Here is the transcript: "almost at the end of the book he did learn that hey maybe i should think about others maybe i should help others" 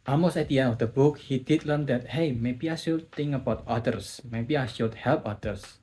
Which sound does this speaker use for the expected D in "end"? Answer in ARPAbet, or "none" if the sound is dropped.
none